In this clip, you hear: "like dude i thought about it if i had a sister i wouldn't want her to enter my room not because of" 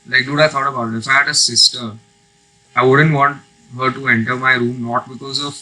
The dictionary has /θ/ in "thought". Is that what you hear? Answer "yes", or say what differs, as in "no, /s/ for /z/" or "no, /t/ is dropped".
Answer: no, /f/ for /θ/